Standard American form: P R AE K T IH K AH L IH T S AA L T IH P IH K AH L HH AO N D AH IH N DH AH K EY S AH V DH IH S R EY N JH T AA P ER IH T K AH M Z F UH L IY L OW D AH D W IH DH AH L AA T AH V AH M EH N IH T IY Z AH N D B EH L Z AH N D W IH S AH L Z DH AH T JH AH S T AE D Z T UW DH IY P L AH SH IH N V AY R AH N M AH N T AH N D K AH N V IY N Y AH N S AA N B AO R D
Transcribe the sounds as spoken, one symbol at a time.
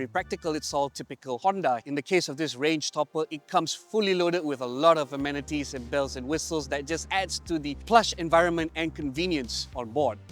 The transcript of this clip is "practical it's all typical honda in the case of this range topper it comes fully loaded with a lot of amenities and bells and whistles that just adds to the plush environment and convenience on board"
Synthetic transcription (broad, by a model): P R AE K T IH K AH L IH T S AA L T IH P IH K AH L HH AO N D AH IH N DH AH K EY S AH V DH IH S R EY N JH T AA P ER IH T K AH M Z F UH L IY L OW D AH D W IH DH AH L AA T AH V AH M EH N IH T IY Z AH N B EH L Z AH N W IH S AH L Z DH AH T JH AH S T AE D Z T UW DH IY P L AH SH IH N V AY R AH N M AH N T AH N K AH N V IY N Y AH N S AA N B AO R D